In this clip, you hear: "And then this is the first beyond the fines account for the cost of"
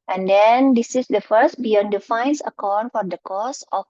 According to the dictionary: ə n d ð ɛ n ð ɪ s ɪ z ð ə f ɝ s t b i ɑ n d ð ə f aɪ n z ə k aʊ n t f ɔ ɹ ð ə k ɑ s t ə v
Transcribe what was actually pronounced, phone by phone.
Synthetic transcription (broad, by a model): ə n d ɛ n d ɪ s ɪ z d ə f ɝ s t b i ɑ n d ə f aɪ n s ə k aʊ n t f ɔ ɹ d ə k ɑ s ə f